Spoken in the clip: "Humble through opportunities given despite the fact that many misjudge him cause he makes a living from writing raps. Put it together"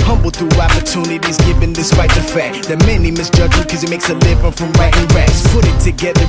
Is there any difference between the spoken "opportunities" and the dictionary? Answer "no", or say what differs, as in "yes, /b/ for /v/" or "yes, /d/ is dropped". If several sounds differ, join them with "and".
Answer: no